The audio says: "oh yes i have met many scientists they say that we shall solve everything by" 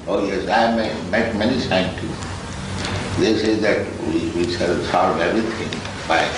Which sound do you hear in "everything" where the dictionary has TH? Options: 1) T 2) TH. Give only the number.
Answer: 1